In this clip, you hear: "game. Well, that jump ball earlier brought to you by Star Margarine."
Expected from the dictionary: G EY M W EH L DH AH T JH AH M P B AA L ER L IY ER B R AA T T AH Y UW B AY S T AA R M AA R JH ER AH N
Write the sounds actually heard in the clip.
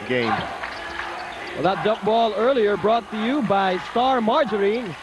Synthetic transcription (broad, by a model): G EY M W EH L DH AH T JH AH P B AA L ER L IY ER B R AA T T AH Y UW B AY S T AA R M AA R JH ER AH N